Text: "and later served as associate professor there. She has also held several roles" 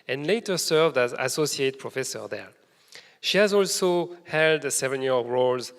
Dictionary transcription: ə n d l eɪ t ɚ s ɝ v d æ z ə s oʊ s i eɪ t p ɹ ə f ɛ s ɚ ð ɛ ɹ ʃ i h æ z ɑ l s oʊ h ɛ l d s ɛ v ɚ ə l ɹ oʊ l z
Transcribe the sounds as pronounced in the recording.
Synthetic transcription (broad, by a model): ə n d l eɪ t ɚ s ɝ v d æ z ə s oʊ s i eɪ t p ɹ ə f ɛ s ɚ ð ɛ ɹ ʃ i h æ z ɑ l s oʊ h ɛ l d s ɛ v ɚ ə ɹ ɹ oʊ l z